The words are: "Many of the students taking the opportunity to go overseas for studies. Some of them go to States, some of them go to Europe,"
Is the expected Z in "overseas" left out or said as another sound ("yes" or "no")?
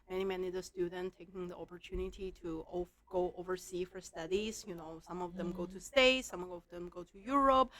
yes